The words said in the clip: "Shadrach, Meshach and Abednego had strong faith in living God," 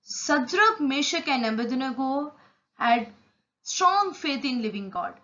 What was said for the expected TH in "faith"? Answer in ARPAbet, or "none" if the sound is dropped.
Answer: T